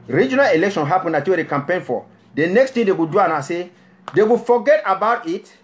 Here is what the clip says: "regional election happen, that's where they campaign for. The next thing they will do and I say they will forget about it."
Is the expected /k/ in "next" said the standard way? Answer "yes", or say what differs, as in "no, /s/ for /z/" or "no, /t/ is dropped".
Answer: yes